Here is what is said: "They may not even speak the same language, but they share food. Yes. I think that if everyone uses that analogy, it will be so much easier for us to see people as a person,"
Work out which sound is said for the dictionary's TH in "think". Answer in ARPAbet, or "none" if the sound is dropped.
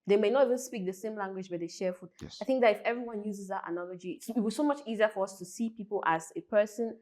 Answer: TH